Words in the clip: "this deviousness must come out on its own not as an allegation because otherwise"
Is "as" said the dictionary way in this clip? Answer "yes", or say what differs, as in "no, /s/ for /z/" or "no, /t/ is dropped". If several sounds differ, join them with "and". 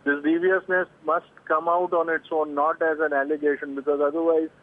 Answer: yes